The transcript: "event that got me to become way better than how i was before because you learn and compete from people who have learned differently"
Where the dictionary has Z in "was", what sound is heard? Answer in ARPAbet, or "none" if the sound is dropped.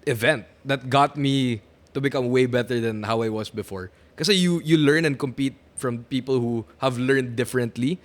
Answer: S